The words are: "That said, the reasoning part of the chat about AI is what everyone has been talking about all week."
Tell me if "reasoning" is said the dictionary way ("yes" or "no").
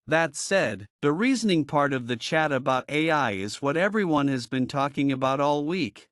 yes